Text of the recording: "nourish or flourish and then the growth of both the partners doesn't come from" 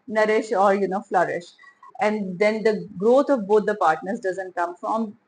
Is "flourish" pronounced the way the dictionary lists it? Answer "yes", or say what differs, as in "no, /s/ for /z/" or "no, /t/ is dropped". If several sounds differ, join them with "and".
yes